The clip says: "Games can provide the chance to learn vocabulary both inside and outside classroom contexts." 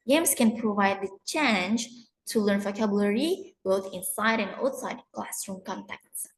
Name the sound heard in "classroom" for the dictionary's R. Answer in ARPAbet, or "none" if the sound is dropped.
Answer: none